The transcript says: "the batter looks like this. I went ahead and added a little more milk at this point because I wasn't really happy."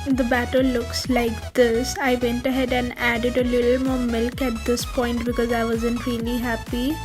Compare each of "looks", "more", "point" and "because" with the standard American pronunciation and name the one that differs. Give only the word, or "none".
none